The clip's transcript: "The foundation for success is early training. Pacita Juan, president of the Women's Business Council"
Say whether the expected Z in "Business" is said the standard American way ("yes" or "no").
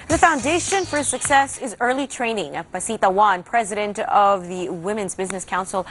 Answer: yes